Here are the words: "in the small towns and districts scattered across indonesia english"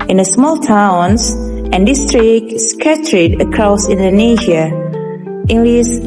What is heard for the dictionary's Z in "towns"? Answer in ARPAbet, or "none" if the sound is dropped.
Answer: S